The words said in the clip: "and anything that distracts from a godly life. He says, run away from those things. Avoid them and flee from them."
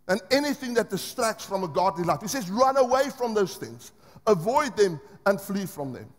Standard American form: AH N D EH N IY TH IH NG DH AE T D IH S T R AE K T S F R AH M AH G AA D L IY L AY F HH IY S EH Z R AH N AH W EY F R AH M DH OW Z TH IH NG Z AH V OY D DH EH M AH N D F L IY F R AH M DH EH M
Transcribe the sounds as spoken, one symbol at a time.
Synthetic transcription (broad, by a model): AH N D EH N IY TH IH NG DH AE T D IH S T R AE K T S F R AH M AH G AA D L IY L AY F HH IY S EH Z R AH N AH W EY F R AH M DH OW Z TH IH NG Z AH V OY D DH EH M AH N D F L IY F R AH M DH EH M